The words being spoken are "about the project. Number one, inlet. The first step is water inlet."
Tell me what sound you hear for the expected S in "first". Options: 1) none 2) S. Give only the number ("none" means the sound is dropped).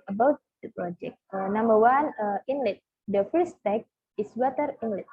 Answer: 1